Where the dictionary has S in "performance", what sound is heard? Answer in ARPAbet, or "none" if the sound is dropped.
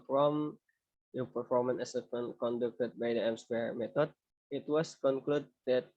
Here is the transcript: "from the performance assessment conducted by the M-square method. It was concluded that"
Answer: none